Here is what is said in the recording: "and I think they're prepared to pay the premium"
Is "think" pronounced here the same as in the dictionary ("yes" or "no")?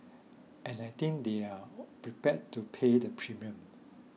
no